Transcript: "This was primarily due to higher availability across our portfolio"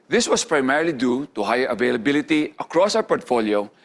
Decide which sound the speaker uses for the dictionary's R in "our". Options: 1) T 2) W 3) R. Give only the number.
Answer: 2